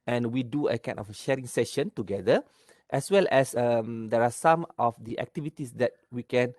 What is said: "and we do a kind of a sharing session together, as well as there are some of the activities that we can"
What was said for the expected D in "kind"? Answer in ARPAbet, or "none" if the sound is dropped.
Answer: none